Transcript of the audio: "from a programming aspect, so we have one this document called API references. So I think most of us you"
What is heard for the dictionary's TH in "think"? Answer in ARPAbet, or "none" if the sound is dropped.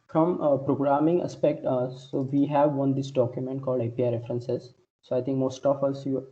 T